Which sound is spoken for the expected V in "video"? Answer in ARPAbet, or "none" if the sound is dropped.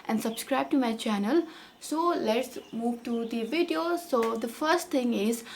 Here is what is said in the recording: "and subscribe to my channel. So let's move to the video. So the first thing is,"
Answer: V